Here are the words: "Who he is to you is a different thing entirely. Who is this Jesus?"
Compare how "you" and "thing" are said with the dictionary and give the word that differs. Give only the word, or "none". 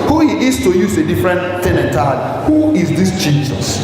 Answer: thing